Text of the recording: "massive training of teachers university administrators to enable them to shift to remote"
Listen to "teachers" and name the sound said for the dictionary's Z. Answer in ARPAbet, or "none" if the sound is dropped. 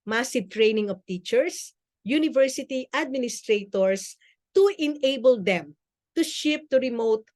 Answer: S